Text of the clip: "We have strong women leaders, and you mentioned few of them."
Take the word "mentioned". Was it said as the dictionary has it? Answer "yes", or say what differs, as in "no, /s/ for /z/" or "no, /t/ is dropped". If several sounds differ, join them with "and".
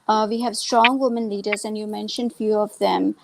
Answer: yes